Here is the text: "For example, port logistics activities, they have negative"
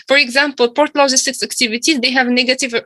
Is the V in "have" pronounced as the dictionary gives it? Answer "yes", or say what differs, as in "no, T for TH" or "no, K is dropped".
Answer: yes